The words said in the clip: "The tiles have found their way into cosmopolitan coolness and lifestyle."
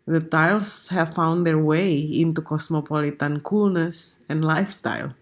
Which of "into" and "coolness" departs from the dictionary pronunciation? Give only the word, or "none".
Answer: none